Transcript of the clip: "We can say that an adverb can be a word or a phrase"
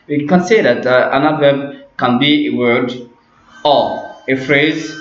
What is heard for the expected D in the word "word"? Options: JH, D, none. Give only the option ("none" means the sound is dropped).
D